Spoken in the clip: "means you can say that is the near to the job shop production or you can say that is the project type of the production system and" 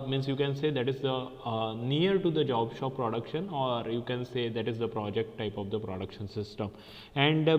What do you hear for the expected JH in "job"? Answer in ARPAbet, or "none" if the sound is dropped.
JH